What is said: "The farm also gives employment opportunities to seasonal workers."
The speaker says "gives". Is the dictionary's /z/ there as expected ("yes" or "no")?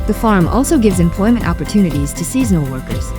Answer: yes